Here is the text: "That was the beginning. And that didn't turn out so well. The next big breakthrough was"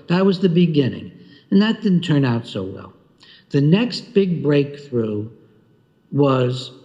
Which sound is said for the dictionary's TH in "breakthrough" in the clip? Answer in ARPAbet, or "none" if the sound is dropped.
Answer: TH